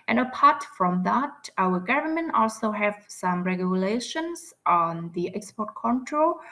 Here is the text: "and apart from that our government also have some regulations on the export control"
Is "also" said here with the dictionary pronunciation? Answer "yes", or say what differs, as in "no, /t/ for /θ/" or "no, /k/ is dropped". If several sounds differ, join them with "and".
yes